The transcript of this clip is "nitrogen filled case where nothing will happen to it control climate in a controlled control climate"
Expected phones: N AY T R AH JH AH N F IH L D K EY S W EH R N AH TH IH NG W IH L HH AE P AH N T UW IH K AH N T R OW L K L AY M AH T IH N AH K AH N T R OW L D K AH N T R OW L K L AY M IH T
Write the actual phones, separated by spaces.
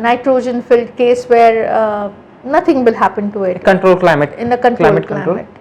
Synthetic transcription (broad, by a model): N AY T R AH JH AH N F IH L D K EY S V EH R N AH T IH NG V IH L HH AE P AH N T UW IH K AH N T R OW L K L AY M AH T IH N AH K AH N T L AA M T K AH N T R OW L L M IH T